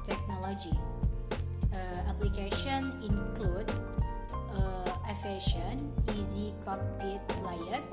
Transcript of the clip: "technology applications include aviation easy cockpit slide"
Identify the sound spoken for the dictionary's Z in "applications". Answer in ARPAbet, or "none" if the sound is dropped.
none